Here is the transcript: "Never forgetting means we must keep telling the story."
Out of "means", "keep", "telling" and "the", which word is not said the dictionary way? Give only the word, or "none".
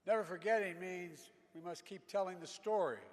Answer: none